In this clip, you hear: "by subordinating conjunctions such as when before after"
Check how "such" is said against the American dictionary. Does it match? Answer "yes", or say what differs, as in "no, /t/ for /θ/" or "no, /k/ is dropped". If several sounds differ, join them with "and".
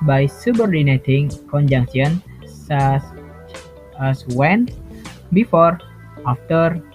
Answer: no, /s/ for /tʃ/